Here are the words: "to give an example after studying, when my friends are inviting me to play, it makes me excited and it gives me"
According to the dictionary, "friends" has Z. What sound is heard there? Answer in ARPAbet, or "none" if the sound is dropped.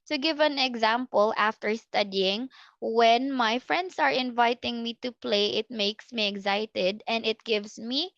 S